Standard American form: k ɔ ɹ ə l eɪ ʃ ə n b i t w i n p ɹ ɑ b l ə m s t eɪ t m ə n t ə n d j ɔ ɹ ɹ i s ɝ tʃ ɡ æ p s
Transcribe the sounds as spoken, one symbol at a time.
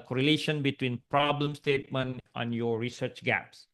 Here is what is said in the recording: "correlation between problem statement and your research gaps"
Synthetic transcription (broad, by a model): k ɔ ɹ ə l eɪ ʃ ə n b i t w i n p ɹ ɑ b l ə m s t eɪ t m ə n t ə n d j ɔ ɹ ɹ i s ɝ tʃ ɡ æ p s